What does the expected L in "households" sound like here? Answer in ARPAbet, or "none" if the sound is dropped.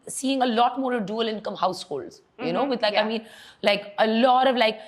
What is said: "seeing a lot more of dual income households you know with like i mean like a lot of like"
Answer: L